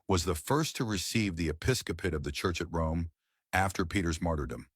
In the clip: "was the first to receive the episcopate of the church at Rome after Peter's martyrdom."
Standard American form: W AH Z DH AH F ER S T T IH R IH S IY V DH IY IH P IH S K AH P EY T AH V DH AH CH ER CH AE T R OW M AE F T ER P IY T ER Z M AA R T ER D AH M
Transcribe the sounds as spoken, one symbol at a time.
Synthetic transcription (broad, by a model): W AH Z DH AH F ER S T T IH R IH S IY V DH IY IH P IH S K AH P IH T AH V DH AH CH ER CH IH T R OW M AE F T ER P IY T ER Z M AA R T ER D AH M